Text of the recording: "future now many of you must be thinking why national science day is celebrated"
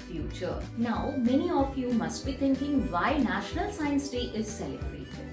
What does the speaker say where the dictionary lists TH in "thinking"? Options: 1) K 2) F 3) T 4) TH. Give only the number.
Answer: 3